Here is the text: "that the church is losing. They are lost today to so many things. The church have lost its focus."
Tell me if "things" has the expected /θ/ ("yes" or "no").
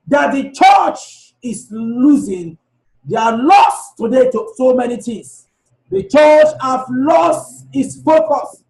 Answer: no